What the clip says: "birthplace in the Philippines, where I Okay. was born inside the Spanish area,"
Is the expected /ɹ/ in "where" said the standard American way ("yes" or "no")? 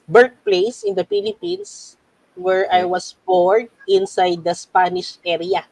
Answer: yes